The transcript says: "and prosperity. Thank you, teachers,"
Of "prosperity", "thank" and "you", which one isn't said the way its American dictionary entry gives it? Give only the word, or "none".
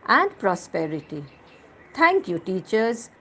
thank